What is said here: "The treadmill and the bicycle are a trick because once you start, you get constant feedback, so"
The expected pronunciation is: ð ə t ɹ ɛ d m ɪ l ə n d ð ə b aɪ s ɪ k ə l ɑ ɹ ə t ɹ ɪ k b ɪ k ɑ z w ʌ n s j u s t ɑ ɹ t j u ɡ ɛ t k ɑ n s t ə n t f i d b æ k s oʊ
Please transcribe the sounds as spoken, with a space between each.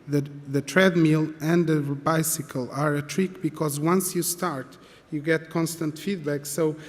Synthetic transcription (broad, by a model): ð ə t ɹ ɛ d m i l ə n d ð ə b aɪ s ɪ k ə l ɑ ɹ ə t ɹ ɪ k b ɪ k ɑ z w ʌ n s j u s t ɑ ɹ t j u ɡ ɛ t k ɑ n s t ə n t f i d b æ k s oʊ